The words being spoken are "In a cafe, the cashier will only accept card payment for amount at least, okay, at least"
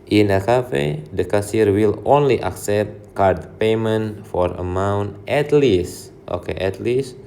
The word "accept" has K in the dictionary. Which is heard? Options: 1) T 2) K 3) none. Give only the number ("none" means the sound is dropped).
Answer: 2